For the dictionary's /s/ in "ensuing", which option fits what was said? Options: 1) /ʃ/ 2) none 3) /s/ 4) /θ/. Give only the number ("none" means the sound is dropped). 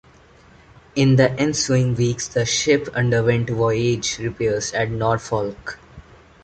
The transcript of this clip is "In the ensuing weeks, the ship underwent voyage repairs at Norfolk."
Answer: 3